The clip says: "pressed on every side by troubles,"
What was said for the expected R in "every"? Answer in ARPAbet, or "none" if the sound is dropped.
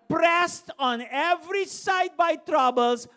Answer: R